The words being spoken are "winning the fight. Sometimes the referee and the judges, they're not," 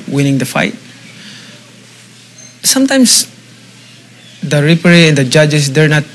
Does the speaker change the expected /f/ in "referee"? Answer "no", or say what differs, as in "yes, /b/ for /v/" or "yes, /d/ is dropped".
yes, /p/ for /f/